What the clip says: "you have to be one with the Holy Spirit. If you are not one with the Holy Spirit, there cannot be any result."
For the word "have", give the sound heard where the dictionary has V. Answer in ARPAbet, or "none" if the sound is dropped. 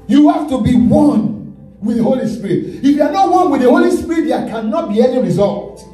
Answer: F